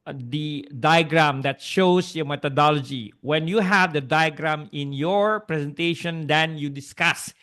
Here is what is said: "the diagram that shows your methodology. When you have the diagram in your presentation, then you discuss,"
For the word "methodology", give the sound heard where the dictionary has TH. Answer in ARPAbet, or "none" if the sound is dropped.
T